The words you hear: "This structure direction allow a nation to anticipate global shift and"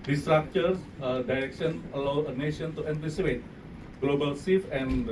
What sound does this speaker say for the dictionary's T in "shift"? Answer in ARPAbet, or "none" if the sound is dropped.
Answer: none